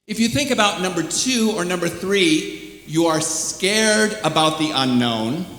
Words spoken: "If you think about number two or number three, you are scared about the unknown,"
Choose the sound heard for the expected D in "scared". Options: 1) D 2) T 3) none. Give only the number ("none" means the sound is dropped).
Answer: 1